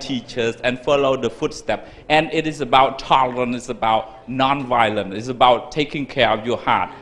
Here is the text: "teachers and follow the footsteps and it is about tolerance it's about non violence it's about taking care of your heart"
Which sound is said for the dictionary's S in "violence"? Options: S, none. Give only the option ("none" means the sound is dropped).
none